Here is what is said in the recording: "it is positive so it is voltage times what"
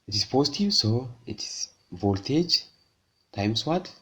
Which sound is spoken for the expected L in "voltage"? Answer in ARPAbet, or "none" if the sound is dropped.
L